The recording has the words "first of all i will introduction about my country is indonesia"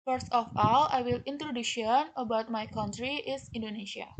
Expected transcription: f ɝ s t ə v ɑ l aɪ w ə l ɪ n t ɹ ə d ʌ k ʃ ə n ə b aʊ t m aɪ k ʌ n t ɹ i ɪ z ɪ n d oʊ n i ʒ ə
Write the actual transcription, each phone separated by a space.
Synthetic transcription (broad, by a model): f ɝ s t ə f ɑ l aɪ w ə l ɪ n t ɹ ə d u ʃ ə n ə b aʊ t m aɪ k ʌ n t ɹ i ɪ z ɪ n d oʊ n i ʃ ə